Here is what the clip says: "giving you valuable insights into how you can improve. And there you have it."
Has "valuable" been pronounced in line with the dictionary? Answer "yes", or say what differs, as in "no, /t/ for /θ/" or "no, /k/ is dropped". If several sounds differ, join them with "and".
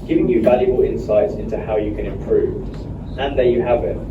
yes